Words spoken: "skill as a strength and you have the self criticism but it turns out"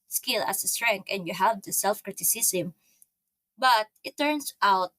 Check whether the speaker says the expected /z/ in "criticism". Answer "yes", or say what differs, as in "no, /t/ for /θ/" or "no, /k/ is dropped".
no, /s/ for /z/